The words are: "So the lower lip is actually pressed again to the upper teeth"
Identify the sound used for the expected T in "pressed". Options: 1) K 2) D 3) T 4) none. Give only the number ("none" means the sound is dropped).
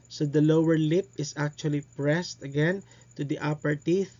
3